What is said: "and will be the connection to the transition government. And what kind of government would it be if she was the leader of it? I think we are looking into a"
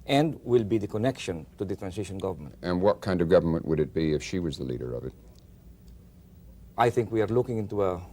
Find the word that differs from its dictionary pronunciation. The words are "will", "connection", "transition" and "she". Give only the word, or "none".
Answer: transition